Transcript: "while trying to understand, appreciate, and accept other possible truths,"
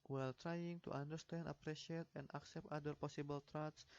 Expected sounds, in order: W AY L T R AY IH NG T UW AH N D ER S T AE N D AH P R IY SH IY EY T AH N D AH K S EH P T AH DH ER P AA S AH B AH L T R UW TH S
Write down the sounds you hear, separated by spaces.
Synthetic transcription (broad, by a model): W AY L T R AY IH NG T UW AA N D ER S T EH N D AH P R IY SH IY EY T AH N D AH K S EH P T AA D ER P AA S AH B AH L T R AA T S